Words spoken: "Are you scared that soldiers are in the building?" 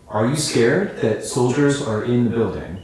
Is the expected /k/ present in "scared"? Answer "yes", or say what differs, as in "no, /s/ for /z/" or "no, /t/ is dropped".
yes